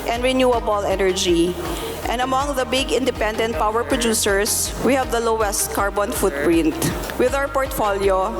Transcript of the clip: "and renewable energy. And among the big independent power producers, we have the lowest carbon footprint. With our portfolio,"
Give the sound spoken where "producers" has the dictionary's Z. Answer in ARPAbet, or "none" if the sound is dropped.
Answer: S